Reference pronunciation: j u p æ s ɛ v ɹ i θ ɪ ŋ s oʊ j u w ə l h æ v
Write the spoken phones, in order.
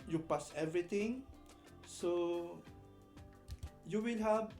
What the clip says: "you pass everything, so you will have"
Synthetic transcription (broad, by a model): j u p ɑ s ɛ v ɹ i t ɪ ŋ s oʊ j u w ə l h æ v